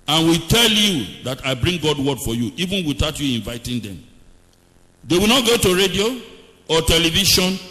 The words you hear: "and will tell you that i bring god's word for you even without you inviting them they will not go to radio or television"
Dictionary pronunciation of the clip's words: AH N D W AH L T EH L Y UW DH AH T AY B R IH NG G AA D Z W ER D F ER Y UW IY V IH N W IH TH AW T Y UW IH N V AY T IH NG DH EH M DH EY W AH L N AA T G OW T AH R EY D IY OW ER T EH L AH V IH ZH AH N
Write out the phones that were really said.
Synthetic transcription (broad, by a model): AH N W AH T EH L Y UW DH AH T AY B R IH NG G AA D W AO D F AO Y UW IY V IH N W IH T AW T Y UW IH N V AY T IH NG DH EH M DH EY W AH L N AA T G OW T AH R EY D IY OW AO T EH L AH V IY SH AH N